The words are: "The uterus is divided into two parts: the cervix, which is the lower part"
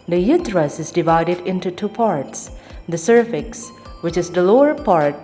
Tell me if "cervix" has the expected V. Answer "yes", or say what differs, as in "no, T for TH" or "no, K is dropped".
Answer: no, F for V